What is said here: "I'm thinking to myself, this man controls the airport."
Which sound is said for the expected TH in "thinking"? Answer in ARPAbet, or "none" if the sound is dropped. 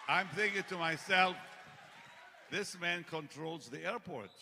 TH